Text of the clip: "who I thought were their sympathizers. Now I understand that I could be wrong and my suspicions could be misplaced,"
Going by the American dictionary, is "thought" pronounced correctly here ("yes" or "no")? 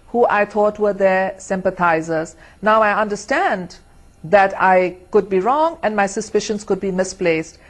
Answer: no